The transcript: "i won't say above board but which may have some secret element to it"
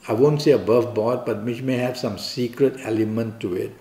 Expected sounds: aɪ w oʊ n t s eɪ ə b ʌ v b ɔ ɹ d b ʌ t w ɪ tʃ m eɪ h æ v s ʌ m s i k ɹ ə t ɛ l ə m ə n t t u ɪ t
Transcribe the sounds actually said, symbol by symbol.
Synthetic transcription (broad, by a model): aɪ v oʊ n t s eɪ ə b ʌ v b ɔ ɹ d b ʌ t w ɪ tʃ m eɪ h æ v s ʌ m s i k ɹ ə t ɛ l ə m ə n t t u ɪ t